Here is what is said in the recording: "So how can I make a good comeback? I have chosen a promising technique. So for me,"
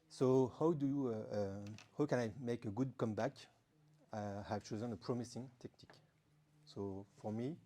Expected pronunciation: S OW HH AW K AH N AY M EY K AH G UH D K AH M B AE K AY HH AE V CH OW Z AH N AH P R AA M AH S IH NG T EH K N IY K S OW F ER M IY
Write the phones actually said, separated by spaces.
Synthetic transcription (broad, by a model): S OW HH AW K AH N AY M EY K AH G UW D K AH M B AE K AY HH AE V CH OW Z AH N AH P R AA M AH S IH NG T EH K N IY K S OW F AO M IY